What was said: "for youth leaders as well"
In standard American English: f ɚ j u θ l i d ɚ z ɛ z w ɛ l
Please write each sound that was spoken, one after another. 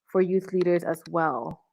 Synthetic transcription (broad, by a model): f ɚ j u θ l i d ɚ z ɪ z w ɛ l